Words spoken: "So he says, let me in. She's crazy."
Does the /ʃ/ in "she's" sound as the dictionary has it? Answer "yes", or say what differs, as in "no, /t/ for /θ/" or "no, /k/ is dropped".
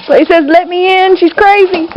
yes